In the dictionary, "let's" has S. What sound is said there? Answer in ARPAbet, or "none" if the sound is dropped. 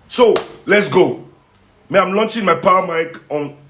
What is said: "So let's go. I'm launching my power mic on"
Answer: S